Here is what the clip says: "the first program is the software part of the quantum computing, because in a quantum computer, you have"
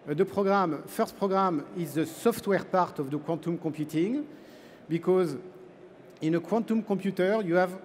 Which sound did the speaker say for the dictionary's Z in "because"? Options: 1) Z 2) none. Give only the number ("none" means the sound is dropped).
1